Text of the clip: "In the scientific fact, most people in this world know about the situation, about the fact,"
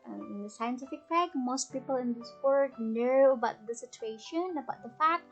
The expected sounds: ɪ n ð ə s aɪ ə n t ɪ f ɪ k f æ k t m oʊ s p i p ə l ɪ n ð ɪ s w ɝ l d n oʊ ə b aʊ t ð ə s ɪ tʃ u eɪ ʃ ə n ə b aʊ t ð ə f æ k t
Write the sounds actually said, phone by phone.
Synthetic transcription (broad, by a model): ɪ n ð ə s aɪ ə n t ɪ f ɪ k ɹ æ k m oʊ s p i p ə l ɪ n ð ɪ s w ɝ d n oʊ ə b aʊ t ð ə s ɪ tʃ u eɪ ʃ ə n ə b aʊ t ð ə f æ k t